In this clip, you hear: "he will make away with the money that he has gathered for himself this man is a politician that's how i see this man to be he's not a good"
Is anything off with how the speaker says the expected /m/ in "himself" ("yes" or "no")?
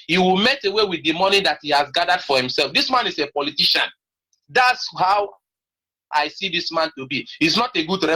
no